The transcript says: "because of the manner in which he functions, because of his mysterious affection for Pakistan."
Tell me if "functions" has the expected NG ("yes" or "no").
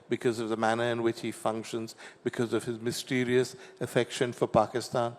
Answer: yes